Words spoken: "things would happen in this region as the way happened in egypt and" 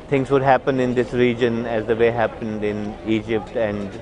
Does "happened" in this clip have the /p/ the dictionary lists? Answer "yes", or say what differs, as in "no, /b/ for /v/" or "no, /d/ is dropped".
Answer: yes